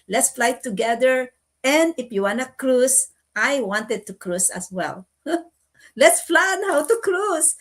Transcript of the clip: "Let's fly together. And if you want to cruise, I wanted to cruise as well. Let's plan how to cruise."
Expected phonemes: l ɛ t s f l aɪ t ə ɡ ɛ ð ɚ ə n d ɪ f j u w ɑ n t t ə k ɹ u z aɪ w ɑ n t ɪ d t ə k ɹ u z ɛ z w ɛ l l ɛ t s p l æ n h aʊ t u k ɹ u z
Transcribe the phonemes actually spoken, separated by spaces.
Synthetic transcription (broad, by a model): l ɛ t s f l aɪ t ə ɡ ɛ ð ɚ ə n d ɪ f j u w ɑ n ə k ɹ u s aɪ w ɑ n t ɪ d t ə k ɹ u s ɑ s w ɛ l l ɛ t s f l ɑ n h aʊ t u k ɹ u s